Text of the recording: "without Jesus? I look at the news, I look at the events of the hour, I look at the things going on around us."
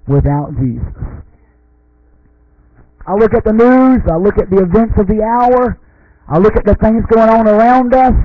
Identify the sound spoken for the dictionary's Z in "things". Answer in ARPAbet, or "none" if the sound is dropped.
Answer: Z